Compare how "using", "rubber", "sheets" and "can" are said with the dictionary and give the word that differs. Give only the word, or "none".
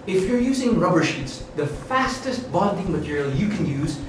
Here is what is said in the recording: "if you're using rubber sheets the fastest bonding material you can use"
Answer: none